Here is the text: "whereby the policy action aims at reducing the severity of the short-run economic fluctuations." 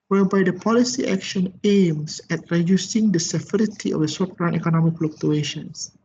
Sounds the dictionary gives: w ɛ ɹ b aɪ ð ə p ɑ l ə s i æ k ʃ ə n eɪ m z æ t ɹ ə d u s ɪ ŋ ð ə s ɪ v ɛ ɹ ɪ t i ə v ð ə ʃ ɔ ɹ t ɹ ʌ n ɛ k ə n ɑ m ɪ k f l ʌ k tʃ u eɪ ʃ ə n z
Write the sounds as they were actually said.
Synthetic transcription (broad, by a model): w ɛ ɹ b aɪ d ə p ɑ l ə s i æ k ʃ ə n eɪ m s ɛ t ɹ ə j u s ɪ ŋ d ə s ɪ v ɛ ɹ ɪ t i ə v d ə s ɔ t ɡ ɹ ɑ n ɛ k ə n ɑ m ɪ k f l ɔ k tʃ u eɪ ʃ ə n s